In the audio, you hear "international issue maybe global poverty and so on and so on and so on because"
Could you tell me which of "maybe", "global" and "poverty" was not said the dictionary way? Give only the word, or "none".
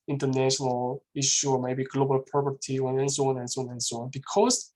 poverty